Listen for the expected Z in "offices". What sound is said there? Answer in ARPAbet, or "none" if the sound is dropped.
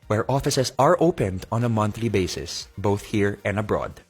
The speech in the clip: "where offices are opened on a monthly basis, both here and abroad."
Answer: S